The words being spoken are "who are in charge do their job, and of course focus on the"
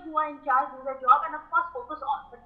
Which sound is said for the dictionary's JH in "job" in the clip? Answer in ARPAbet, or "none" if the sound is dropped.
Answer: JH